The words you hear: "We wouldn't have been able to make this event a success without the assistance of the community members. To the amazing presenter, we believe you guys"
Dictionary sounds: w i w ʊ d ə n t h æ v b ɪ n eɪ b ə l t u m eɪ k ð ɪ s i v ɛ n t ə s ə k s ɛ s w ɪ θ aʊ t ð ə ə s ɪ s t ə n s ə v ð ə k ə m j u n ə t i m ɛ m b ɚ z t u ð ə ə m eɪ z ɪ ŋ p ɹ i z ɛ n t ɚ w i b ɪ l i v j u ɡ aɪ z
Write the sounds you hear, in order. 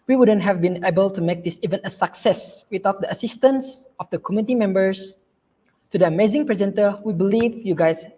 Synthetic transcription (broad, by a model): w i w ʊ d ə n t h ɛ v b ɪ n eɪ b ə l t u m eɪ k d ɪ s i v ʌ n ə s ə k s ɛ s w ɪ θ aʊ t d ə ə s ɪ s t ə n s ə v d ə k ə m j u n t i m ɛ m b ɚ s t u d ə ə m eɪ z ɪ ŋ p ɹ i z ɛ n t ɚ w i b ɪ l i v j u ɡ aɪ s